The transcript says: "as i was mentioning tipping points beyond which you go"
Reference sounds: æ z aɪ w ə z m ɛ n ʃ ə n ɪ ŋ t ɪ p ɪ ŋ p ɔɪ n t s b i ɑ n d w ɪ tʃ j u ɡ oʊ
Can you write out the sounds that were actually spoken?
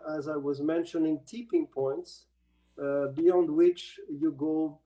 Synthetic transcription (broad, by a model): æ z aɪ w ə z m ɛ n ʃ ə n ɪ ŋ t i p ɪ ŋ p ɔɪ n t s b i ɑ n d w ɪ tʃ j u ɡ oʊ